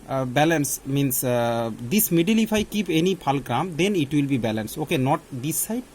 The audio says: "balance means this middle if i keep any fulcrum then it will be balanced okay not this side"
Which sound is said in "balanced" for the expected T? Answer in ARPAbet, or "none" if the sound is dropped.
none